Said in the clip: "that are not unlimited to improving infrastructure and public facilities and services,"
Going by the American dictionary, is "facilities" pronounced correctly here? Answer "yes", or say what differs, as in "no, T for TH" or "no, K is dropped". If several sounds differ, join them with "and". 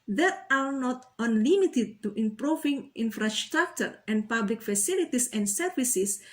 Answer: no, S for Z